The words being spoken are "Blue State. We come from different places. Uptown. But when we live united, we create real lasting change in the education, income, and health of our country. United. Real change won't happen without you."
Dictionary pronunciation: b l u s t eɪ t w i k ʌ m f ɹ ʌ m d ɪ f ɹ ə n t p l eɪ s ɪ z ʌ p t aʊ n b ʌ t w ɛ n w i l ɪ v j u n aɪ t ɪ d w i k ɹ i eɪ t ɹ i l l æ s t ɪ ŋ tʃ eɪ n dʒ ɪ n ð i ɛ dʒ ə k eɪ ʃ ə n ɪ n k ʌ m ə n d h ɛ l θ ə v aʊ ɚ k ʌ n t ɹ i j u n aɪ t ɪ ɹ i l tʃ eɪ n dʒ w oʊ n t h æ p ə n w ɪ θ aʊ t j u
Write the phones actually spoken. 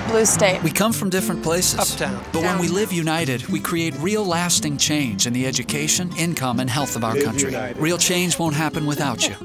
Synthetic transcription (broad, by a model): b l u s t eɪ t w i k ʌ m f ɹ ʌ m d ɪ f ɹ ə n p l eɪ s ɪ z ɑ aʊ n b ʌ t w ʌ n w i l ɪ v j u n aɪ t ɪ d w i k ɹ i eɪ t ɹ i l l æ s t ɪ ŋ tʃ eɪ n dʒ ɪ n ð i ɛ dʒ ə k eɪ ʃ ə n ɪ n k ʌ m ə n h ɛ l θ ə v aʊ ɚ k ʌ n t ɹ i ɹ i l tʃ eɪ n dʒ w oʊ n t h æ p ə n w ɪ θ aʊ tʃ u